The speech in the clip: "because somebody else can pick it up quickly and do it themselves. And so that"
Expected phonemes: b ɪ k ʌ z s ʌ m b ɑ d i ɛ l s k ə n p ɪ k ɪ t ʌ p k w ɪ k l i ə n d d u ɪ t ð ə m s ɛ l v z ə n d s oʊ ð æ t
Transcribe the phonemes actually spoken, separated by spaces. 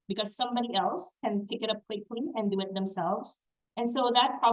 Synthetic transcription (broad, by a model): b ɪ k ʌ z s ʌ m b ɑ d i ɛ l s k ə n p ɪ k ɪ t ʌ p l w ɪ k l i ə n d d u ɪ t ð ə m s ɛ l v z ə n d s oʊ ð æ t